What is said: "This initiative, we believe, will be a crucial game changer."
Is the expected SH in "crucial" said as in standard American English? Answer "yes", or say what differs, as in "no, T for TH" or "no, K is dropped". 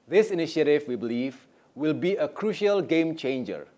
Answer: yes